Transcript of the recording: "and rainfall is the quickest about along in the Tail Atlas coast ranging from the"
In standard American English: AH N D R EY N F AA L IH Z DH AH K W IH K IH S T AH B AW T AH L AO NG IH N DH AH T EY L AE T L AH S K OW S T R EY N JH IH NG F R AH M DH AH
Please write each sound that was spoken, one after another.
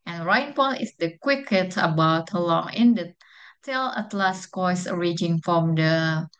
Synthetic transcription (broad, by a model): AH N R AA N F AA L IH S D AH K W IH K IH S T AH B AW T AH L AO NG IH N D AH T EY L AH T L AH S K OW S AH R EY JH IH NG F R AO M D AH